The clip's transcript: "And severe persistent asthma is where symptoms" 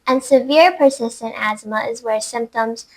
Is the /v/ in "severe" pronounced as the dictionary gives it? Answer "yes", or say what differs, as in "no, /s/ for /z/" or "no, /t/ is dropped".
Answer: yes